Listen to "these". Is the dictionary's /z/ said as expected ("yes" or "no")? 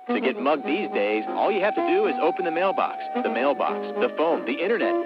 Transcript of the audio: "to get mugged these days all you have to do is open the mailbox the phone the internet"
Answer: yes